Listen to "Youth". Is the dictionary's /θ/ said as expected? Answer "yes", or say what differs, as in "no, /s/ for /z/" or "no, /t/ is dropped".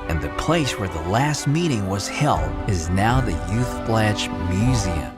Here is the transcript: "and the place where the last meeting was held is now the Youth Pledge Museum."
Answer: yes